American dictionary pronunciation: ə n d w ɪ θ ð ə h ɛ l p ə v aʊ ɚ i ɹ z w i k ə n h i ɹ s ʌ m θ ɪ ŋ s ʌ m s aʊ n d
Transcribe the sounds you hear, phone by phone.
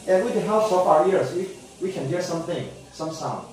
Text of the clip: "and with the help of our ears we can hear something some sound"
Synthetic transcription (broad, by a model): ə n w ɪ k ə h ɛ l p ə p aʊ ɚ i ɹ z w i k ə n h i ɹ s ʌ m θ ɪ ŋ s ʌ m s aʊ n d